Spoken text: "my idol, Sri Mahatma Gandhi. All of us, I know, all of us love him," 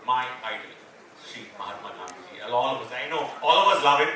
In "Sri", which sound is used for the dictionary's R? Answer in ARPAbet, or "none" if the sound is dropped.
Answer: none